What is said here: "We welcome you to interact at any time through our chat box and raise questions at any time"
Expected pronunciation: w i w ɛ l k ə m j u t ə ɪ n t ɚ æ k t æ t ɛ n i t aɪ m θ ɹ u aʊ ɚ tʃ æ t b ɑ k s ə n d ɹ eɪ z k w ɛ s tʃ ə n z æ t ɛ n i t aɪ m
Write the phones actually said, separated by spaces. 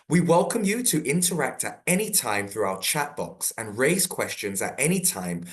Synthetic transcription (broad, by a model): w i w ɛ l k ə m j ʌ t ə ɪ n t ɚ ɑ k t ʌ t ɛ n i t aɪ m θ ɹ u aʊ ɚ tʃ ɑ t b ɑ k s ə n ɹ eɪ z k w ɛ s tʃ ə n z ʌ t ɛ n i t aɪ m